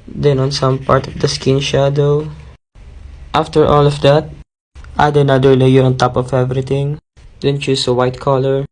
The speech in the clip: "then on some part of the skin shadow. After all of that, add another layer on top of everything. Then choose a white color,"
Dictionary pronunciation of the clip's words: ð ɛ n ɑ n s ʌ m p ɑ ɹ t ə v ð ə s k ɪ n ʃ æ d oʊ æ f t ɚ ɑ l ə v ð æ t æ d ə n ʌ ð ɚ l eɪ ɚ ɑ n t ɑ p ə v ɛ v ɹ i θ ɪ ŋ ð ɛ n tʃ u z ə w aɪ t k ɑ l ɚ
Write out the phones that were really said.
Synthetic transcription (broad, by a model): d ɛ n ɑ n s ʌ m p ɑ ɹ t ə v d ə s k ɪ n ʃ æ d oʊ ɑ f t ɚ ɑ l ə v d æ t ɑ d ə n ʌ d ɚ l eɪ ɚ ɑ n t ɑ p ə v ɛ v ɹ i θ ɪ ŋ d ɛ n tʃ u s ə w aɪ t k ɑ l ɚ